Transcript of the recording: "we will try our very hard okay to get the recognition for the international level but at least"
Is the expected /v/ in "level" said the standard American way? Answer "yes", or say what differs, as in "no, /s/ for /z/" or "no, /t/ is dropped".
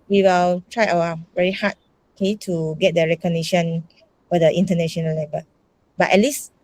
no, /b/ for /v/